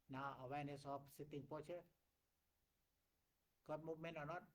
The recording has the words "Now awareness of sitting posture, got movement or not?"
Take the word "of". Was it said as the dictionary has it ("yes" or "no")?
no